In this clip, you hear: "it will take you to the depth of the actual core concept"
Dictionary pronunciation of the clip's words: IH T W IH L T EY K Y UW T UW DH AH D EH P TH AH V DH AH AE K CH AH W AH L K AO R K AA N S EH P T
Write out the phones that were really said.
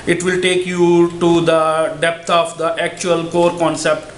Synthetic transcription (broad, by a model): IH T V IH L T EY K Y UW T UW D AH D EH P T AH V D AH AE K CH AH AH L K AO R K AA N S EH P T